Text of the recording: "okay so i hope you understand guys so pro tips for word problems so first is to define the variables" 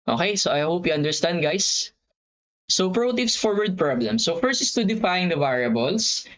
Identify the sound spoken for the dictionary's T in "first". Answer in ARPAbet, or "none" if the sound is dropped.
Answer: none